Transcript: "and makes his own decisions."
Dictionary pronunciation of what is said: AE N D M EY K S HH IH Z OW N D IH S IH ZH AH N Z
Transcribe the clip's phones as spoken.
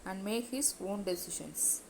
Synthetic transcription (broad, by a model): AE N D M EY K HH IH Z OW N D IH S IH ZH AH N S